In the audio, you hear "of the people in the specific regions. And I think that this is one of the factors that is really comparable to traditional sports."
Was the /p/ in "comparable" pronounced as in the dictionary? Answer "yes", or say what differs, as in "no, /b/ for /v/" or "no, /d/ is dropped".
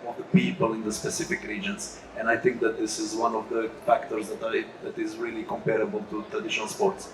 yes